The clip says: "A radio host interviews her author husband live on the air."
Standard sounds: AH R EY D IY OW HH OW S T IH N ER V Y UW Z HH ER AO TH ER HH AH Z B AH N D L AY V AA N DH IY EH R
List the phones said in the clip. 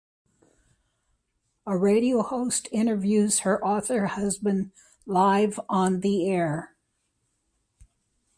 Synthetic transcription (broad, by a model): AH R EY D IY OW HH OW S T IH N ER V Y UW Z HH ER AO TH ER HH AH Z B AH N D L AY V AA N DH IY EH R